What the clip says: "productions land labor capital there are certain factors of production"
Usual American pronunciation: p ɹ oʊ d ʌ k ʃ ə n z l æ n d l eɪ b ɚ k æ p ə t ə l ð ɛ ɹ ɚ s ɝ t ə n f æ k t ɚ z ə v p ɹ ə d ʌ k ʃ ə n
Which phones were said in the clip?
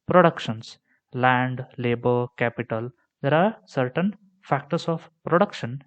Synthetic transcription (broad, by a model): p ɹ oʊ d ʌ k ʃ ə n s l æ n d l eɪ b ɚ k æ p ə t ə l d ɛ ɹ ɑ s ɝ t ə n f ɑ k t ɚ s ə p p ɹ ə d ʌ k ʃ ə n